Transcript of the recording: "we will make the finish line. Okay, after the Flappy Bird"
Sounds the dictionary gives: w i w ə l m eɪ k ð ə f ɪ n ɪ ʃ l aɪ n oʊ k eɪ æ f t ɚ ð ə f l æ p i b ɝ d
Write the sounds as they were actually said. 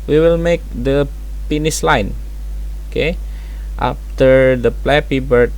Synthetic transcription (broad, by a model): w i w ə l m eɪ k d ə p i n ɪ s l aɪ n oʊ k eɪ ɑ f t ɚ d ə p l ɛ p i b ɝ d